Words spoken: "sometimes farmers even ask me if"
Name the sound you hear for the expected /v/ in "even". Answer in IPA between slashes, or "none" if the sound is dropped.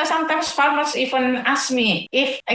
/f/